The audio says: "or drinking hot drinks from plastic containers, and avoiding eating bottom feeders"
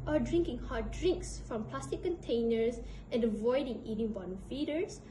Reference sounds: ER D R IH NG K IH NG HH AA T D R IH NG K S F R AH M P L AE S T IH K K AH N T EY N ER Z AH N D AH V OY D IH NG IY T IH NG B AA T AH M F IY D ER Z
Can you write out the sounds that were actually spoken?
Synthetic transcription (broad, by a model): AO D R IH NG K IH NG HH AA T D R IH NG K S F R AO M P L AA S T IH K K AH N T EY N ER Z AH N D AH V OY D IH NG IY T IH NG B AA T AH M F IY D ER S